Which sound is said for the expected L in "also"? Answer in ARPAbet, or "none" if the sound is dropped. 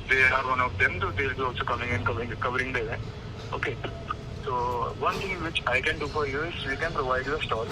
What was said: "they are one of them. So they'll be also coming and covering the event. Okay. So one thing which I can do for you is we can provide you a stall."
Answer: none